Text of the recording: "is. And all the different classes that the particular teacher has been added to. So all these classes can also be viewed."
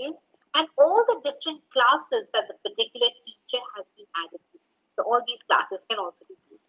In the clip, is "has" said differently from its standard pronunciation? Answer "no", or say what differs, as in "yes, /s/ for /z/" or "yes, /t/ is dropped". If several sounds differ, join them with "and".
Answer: no